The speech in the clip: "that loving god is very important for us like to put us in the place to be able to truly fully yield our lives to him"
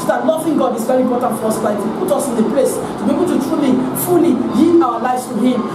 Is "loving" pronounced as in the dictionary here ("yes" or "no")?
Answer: no